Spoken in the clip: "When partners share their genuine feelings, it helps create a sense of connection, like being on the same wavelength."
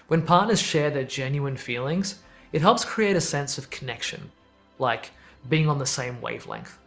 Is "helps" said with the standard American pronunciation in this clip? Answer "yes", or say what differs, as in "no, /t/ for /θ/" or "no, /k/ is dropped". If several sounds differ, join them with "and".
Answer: yes